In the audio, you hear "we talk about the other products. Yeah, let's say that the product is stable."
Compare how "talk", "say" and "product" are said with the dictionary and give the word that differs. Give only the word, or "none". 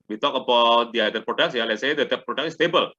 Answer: product